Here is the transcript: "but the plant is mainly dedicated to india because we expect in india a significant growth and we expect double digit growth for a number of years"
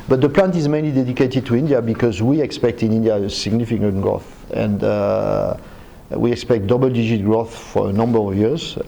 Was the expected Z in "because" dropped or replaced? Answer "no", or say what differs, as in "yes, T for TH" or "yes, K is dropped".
no